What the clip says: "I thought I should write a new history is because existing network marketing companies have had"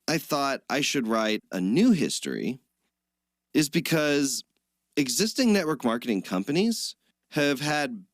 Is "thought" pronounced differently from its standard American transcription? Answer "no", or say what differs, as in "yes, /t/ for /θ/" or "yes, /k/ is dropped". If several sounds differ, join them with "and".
no